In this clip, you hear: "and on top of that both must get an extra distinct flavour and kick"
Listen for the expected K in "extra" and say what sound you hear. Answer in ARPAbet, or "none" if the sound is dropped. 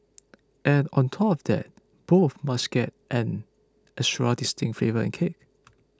none